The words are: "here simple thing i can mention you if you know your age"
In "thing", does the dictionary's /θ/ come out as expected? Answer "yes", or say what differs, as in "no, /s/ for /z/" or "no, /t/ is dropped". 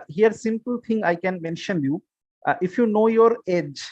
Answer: no, /t/ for /θ/